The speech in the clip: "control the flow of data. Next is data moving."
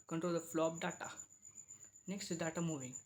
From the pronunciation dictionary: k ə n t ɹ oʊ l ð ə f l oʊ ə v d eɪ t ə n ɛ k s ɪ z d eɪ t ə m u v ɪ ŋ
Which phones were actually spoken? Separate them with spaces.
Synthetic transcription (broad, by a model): k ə n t ɹ oʊ l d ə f l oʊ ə p d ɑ t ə n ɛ k s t d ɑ t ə m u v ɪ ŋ